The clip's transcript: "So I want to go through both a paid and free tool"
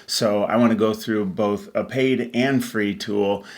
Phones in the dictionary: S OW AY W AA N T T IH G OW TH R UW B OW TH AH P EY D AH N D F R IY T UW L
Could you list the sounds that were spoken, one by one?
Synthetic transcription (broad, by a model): S OW AY W AA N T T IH G OW TH R UW B OW TH AH P EY D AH N F R IY T UW L